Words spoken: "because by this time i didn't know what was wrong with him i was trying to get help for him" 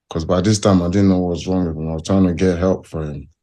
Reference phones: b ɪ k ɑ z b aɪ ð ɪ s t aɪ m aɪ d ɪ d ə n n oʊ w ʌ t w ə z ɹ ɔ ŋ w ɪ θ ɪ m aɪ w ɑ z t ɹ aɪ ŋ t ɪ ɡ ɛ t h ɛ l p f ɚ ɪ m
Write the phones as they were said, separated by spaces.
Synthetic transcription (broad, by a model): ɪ k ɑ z b aɪ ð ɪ s t aɪ m aɪ d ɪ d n n oʊ w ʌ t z ɹ ɔ ŋ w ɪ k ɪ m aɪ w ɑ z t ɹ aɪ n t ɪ ɡ ɛ t h ɛ l p f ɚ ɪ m